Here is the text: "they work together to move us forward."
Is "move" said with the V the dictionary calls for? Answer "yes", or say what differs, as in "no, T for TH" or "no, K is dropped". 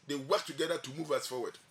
yes